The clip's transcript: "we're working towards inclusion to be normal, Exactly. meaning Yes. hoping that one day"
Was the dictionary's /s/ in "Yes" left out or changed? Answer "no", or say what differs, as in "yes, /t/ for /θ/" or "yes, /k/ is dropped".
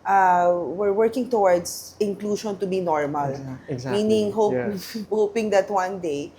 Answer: yes, /s/ is dropped